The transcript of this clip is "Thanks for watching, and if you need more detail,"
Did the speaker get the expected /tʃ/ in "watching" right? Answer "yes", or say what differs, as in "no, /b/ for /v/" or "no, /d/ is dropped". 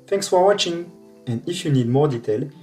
yes